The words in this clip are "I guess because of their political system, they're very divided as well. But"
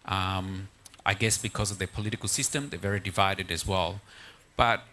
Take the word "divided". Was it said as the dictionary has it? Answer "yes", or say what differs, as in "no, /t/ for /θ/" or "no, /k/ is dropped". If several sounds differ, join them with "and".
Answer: yes